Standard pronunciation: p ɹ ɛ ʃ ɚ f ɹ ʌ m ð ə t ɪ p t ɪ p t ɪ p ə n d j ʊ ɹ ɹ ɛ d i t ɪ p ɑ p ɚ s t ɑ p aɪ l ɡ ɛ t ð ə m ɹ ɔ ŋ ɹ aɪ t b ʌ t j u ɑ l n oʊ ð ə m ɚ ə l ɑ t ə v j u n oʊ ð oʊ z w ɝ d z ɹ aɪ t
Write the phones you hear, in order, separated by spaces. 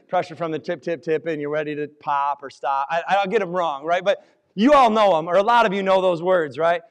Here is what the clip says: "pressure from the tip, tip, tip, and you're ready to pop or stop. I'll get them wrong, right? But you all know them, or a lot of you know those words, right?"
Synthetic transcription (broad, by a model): p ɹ ɛ ʃ ɚ f ɹ ʌ m ð ə t ɪ p t ɪ p t ɪ p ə n j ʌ ɹ ɹ ɛ d i t ɪ p ɑ p ɚ s t ɑ p aɪ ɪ ɡ ɛ t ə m ɹ ɔ ŋ ɹ aɪ t b ʌ t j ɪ ɑ l n oʊ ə m ɚ ə l ɑ t ə v j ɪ n oʊ ð oʊ z w ɝ d z ɹ aɪ t